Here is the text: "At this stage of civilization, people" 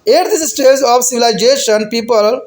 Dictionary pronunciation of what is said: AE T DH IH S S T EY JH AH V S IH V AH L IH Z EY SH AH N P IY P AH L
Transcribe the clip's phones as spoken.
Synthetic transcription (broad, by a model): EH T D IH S S T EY Z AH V S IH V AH L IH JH EY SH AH N P IY P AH L